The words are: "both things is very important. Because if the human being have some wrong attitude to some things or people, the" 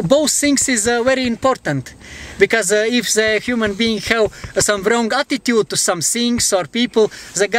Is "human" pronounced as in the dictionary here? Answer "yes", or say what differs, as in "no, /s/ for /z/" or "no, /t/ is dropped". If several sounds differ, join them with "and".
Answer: yes